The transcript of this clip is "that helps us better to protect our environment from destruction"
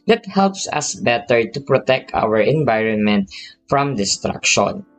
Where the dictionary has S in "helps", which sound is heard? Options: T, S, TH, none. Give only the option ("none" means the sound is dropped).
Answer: S